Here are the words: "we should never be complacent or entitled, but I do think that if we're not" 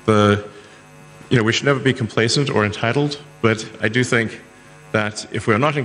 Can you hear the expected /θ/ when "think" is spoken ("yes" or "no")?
yes